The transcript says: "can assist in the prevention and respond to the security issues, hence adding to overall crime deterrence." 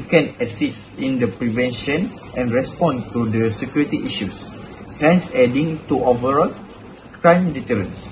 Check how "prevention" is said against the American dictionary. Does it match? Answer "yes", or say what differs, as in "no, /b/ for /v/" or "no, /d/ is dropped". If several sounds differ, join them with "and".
yes